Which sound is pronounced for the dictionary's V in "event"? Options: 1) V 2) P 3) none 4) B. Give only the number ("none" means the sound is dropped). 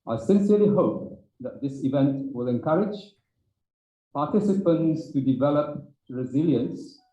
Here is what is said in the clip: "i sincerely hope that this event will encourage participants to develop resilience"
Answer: 1